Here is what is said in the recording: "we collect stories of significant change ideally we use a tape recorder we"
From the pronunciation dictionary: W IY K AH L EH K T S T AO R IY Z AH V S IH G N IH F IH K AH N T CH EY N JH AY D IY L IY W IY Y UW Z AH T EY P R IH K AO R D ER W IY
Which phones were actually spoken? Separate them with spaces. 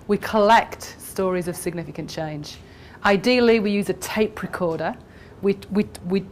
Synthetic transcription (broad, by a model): W IY K AH L EH K T S T AO R IY Z AH V S IH G N IH F IH K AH N CH EY N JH AY D IY L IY W IY Y UW Z AH T EY P R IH K AO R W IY W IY